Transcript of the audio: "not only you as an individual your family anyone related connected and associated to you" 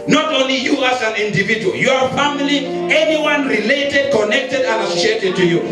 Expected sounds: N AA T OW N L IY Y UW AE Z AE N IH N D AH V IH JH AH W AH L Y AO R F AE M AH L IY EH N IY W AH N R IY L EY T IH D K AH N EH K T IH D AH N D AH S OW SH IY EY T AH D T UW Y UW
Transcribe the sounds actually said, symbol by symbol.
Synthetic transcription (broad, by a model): N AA T OW N L IY Y UW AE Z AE N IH N D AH V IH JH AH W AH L Y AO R F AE M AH L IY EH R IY W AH N R IY L EY T IH D K AH N EH K T IH D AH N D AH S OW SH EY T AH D T UW Y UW